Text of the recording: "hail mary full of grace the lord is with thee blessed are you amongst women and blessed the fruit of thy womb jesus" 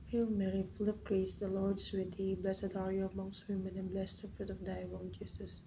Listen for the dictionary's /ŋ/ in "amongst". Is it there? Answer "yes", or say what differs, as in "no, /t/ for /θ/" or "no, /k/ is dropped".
yes